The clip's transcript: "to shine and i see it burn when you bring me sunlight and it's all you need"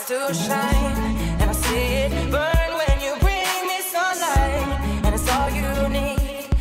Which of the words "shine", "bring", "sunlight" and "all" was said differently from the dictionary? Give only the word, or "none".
sunlight